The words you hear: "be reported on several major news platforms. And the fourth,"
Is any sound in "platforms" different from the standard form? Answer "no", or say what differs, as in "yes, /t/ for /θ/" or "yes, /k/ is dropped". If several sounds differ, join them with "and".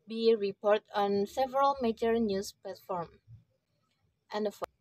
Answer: yes, /z/ is dropped